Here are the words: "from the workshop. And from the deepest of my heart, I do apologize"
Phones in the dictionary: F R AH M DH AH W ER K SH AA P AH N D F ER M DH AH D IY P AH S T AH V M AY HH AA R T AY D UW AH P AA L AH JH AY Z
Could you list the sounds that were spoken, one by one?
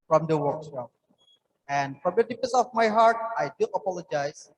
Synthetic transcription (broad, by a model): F R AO M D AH W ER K S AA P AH N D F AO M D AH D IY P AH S AH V M AY HH AA R T AY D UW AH P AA L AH JH AY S